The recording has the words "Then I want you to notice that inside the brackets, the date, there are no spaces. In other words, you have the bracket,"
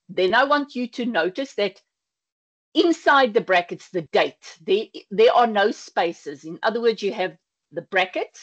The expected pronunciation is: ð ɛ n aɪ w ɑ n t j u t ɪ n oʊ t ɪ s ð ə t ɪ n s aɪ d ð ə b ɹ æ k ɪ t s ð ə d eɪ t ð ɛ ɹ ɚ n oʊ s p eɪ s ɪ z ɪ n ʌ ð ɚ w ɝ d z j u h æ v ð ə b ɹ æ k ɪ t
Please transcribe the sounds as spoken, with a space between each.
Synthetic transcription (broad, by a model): ð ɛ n aɪ w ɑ n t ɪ t ɪ n oʊ t ɪ s ð ə t ɪ n s aɪ d ð ə b ɹ æ k ɪ t s ð ə d eɪ t ð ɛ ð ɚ n oʊ s p eɪ s ɪ z ɪ n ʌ ð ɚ w ɝ d z j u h v ð ə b ɹ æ k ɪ t